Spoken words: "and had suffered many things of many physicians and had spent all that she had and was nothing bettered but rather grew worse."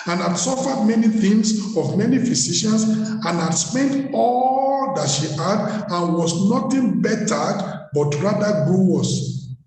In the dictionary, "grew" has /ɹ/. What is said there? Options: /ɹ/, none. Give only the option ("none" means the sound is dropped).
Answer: none